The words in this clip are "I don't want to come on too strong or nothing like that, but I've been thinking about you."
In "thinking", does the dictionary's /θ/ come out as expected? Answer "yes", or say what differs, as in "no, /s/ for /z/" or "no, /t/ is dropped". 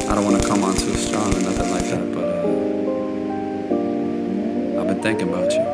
yes